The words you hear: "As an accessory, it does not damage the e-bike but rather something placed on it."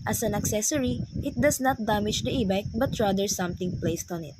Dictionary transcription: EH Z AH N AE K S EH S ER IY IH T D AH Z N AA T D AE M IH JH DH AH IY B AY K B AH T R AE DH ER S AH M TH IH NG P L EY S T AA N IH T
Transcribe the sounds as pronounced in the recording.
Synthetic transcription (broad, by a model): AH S AH N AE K S EH S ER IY IH T D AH S N AA T D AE M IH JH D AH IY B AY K B AH T R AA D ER S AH M T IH NG P L EY S T AA N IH T